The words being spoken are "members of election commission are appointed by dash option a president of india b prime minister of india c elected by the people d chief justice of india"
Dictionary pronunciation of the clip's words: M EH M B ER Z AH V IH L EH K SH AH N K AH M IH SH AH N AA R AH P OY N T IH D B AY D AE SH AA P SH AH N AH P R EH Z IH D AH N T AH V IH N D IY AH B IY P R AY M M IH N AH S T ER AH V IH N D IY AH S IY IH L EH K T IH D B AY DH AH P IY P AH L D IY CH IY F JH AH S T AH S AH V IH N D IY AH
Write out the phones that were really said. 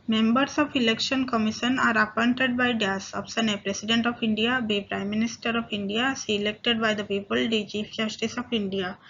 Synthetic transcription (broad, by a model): M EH M B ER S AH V IH L EH K SH AH N K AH M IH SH AH N AA R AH P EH N T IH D B AY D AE S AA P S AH N AH P R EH S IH D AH N T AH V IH N D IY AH B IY P R AY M M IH N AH S T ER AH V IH N D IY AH S IY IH L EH K T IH D B AY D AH P IY P AH L D IY CH IY F JH AH S T AH S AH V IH N D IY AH